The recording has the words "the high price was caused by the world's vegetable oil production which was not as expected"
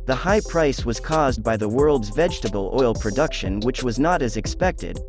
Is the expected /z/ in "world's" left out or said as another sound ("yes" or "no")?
no